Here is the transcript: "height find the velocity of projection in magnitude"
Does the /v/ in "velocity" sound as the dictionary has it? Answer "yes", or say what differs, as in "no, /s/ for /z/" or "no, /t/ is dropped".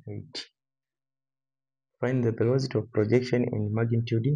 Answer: no, /b/ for /v/